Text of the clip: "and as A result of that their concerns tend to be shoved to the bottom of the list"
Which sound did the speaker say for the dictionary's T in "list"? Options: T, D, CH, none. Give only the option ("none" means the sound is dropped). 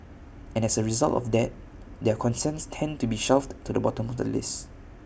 none